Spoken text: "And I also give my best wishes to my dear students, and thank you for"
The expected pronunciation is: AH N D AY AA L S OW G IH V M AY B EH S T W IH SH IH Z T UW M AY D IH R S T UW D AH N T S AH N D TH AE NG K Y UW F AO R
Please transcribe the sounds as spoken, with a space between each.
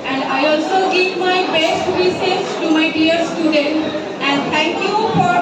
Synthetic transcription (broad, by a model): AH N D AY AA L S OW G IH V M AY B EH S T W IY S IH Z T UW M AY D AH R S T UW D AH N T AH N D T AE NG K Y UW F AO R